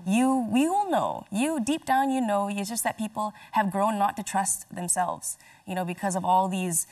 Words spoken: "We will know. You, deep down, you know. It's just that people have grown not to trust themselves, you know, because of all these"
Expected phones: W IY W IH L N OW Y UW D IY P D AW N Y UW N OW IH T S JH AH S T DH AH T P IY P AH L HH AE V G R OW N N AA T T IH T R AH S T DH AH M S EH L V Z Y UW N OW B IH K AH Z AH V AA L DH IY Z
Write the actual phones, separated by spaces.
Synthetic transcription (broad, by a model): W IY W IH L N OW Y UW D IY P D AW N Y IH N OW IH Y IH JH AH S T DH AH T P IY P L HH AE V G R OW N N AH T T IH T R AH S T DH AH M S EH L V Z Y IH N OW B IH K AH Z AH V AA L DH IY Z